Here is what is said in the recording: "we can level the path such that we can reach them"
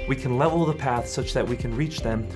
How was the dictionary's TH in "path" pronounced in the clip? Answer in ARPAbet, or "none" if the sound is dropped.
TH